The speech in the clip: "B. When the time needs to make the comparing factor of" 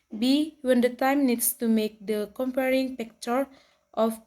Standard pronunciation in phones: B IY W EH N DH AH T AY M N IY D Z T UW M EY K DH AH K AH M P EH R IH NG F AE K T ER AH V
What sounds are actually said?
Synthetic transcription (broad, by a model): B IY W EH N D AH T AY M N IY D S T UW M EY K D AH K AH M P EH R IH NG P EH K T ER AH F